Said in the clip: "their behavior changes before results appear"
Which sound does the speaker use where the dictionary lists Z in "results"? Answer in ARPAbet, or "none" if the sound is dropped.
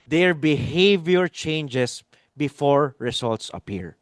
S